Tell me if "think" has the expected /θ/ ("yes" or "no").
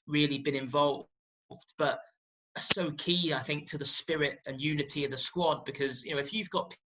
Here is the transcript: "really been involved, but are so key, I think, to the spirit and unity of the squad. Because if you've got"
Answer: yes